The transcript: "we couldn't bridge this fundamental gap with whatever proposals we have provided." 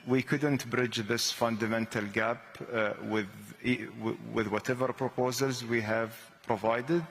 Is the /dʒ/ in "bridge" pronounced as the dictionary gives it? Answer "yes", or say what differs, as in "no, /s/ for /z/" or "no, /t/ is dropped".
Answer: yes